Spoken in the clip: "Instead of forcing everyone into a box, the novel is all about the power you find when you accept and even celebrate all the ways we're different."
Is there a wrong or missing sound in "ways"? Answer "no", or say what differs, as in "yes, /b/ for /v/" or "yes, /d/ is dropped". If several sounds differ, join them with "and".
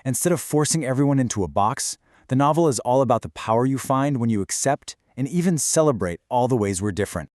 no